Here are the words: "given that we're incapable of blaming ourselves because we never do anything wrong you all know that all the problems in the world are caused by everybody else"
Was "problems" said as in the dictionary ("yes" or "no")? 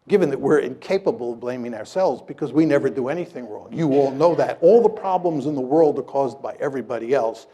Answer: yes